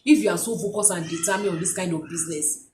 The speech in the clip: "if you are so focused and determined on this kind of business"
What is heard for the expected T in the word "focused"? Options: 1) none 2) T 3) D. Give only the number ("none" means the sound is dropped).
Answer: 1